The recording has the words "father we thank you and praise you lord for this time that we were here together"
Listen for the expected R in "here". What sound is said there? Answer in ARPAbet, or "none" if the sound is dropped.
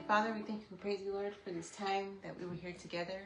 R